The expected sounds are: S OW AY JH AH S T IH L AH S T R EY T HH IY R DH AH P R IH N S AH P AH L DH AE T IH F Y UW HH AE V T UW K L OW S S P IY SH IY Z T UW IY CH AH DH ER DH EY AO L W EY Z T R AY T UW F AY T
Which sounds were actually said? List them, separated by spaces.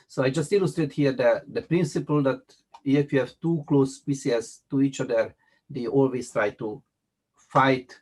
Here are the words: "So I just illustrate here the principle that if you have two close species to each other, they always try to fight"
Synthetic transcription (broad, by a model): S OW AY JH AH S T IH L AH S T R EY T HH IY R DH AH P R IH N S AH P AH L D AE T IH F Y UW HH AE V T UW K L OW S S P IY S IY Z T UW IY CH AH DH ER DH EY AO L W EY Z T R AY T UW F AY T